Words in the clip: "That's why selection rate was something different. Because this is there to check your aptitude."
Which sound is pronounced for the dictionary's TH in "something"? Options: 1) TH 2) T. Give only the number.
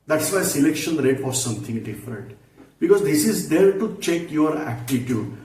2